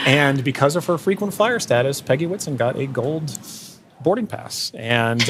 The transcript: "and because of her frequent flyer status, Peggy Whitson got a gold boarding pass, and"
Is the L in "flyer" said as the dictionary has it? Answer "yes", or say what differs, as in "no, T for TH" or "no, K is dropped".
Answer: no, L is dropped